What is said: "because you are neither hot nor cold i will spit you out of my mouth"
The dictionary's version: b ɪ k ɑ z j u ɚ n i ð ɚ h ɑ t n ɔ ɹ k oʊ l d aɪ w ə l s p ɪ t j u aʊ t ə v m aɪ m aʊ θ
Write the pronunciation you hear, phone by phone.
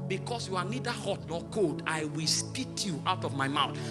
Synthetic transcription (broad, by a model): b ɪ k ɑ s j u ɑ n i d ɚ h ɑ t n ɔ k oʊ l d aɪ w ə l s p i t j u aʊ t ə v m aɪ m aʊ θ